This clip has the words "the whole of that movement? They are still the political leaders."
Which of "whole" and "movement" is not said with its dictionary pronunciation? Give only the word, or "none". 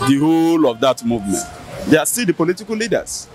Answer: none